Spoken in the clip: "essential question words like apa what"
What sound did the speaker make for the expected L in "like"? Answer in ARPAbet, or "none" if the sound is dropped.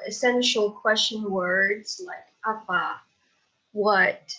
L